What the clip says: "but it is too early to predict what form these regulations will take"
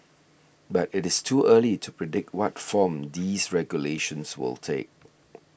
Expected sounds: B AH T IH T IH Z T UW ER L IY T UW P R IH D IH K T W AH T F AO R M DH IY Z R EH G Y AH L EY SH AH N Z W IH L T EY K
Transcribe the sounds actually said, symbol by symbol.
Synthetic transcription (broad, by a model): B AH T IH T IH S T UW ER L IY T UW P R IH D IH K T W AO T F AO M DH IY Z R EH G Y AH L EY SH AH N S W IH L T EY K